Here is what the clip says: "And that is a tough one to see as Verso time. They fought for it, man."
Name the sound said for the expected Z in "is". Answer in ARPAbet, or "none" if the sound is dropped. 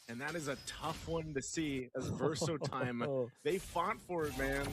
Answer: Z